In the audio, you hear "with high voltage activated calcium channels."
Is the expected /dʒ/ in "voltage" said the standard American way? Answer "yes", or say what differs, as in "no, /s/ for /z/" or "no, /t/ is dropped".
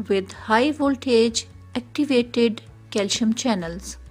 yes